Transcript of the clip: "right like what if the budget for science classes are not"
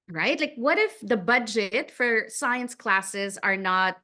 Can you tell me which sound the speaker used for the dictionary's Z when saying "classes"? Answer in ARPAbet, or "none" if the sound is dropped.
Z